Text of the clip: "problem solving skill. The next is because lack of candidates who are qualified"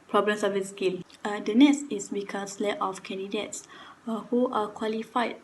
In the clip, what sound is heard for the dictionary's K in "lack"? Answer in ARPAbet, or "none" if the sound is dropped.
none